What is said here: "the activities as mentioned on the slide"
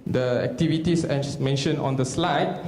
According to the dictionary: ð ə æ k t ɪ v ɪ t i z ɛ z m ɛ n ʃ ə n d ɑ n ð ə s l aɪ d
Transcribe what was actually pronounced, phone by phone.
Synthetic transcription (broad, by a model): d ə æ k t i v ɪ t i s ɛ m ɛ n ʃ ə n ɑ n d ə s l aɪ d